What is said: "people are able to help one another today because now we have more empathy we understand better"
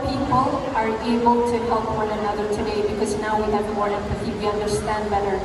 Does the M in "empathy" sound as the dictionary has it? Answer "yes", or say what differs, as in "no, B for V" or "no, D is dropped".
no, M is dropped